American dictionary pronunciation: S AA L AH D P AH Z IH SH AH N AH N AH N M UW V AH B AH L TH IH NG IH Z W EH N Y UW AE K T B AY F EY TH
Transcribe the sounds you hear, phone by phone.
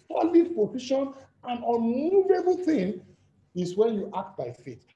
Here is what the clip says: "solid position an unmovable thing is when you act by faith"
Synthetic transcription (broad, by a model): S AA L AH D P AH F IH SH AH N AH N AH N UW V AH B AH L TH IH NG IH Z W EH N Y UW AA K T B AY F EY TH